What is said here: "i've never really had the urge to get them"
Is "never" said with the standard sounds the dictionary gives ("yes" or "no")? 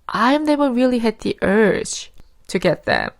no